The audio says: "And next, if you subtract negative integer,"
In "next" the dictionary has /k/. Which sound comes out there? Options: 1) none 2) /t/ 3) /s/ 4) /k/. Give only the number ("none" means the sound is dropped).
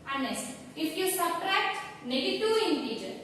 1